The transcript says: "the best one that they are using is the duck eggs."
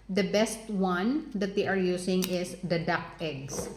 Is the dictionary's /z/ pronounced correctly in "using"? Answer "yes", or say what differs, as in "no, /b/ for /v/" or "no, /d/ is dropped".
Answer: no, /s/ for /z/